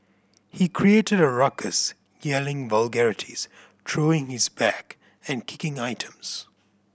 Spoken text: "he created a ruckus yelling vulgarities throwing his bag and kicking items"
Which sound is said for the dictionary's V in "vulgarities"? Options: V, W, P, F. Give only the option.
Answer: V